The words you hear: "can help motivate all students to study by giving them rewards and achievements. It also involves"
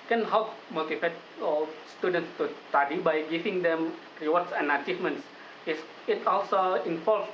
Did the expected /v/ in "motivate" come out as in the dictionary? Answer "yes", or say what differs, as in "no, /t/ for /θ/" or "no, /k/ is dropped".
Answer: no, /f/ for /v/